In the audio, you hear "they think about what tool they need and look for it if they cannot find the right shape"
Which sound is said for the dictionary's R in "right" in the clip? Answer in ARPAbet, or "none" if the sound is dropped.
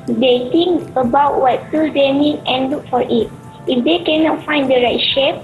R